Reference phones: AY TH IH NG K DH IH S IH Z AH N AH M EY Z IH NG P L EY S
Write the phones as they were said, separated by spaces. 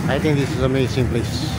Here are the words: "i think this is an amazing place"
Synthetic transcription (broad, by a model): AY T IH NG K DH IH S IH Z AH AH M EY S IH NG P L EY S